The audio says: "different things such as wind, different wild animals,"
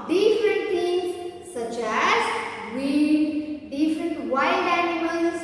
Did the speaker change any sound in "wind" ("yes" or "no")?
yes